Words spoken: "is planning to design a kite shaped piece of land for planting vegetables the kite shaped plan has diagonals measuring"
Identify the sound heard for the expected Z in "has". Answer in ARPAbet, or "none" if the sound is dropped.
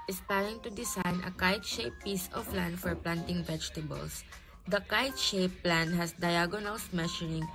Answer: S